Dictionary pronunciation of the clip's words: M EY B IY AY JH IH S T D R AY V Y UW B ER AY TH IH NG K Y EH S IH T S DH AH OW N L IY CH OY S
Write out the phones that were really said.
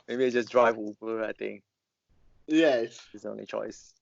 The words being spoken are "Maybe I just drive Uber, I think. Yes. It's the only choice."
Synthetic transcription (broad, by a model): M EY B IY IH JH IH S D R AY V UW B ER AY T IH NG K Y EH S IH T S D OW N L IY CH OY S